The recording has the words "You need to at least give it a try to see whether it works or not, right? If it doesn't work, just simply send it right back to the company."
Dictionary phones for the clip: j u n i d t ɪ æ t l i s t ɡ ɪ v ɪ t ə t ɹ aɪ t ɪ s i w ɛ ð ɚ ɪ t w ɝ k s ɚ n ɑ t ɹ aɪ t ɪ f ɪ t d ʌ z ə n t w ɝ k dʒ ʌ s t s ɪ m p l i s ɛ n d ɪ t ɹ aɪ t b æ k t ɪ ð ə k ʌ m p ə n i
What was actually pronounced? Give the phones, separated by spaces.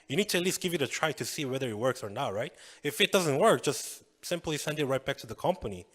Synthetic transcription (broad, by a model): j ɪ n i d t ɪ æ t l i s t ɡ ɪ v ɪ t ə t ɹ aɪ t ɪ s i w ɛ ð ɚ ɪ t w ɝ k s ɚ n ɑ t ɹ aɪ t ɪ f ɪ t d ʌ z ə n t w ɝ k dʒ ʌ s t s ɪ m p l i s ɛ n d ɪ t ɹ aɪ t b æ k t ɪ ð ə k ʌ m p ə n i